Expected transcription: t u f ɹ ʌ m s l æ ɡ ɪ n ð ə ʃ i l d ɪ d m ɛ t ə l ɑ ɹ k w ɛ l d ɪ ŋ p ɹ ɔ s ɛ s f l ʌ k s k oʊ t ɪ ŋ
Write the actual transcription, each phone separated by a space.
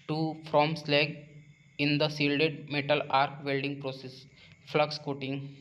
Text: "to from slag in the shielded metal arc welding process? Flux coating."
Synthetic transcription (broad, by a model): t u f ɹ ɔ m s l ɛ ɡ ɪ n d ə s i l d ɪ d m ɛ t ə l ɑ ɹ k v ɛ l d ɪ ŋ p ɹ ɔ s ɛ s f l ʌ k s k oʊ t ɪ ŋ